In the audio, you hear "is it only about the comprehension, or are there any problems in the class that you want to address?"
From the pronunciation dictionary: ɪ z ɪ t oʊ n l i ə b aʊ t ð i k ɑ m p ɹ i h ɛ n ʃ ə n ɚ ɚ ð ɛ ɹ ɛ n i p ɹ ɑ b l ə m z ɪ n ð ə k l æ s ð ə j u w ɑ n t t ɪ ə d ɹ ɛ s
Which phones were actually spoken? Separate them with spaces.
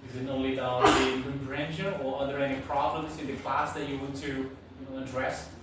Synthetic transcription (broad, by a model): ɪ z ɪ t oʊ l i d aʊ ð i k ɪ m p ɹ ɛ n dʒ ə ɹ ɚ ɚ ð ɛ ɹ ɛ n i p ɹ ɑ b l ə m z ɪ n ð ə k l æ s ð ə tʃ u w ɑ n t t ɪ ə d ɹ ɛ s